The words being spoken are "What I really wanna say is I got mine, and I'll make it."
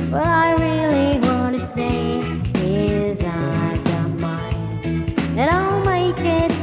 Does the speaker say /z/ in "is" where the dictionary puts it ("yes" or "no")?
yes